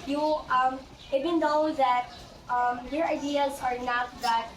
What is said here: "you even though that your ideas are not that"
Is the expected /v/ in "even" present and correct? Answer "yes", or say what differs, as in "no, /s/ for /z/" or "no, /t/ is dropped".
no, /b/ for /v/